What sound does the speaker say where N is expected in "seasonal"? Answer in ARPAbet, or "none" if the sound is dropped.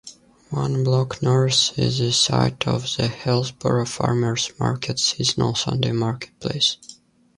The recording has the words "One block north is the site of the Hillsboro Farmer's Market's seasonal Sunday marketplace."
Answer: N